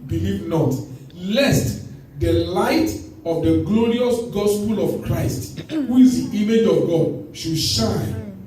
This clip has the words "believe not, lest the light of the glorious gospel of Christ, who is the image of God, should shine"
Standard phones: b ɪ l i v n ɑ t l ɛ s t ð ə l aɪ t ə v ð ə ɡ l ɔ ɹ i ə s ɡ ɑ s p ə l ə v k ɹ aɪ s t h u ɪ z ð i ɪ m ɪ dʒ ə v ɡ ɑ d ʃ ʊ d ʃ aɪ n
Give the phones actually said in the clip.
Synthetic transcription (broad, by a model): b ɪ l i v n ɑ t l ɛ s t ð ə l aɪ t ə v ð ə ɡ l ɔ ɹ i ə s ɡ ɑ s p ə l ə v k ɹ aɪ s t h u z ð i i m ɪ dʒ ə v ɡ ɑ d ʃ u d ʃ aɪ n